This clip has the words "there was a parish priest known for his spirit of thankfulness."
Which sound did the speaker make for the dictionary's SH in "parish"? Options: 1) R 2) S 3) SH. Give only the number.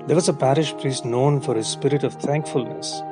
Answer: 3